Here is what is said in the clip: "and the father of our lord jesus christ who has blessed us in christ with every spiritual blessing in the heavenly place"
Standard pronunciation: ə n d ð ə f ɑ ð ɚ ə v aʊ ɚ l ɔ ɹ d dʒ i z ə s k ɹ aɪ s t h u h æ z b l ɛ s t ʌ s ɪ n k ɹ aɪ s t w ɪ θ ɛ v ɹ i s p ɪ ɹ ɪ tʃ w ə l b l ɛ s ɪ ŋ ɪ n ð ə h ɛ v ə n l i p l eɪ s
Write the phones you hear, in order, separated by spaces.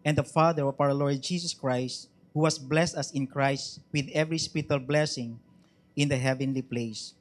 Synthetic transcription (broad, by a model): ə n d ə f ɑ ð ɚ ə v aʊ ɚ l ɔ ɹ d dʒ i s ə s k ɹ aɪ s t h u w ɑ s b l ɛ s t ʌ s ɪ n k ɹ aɪ s t w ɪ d ɛ v ɹ i s p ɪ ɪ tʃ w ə l b l ɛ s ɪ ŋ ɪ n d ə h ɛ v ə n l i p l eɪ s